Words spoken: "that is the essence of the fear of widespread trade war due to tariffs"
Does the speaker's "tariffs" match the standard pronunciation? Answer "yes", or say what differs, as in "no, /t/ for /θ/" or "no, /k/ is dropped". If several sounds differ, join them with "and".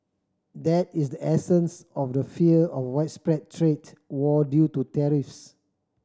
yes